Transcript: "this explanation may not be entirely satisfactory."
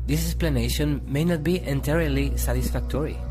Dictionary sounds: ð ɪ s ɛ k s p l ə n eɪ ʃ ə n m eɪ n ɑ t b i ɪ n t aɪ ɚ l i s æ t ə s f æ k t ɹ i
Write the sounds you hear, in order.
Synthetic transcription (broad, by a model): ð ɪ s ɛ s p l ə n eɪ ʃ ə n m eɪ n ɑ t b i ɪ n t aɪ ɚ l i s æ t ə s f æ k t ɹ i